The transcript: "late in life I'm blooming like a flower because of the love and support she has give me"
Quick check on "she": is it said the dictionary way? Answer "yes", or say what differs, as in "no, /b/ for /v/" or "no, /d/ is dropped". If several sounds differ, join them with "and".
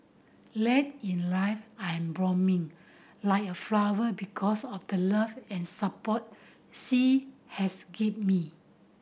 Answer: no, /s/ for /ʃ/